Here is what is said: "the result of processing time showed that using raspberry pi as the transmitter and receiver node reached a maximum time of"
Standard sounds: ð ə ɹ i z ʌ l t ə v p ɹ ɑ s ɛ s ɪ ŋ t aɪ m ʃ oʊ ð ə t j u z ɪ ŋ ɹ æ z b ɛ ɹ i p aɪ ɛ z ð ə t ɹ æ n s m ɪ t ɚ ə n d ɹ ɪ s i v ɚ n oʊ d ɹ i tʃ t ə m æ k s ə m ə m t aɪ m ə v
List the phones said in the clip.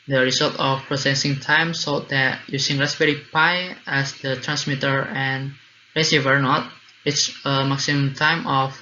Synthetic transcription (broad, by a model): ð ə ɹ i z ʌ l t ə f p ɹ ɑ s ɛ s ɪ ŋ t aɪ m s oʊ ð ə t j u s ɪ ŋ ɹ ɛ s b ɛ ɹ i p aɪ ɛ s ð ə t ɹ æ n s m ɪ t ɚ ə n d ɹ ɪ s i v ɚ n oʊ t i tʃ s ə m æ k s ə m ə m t aɪ m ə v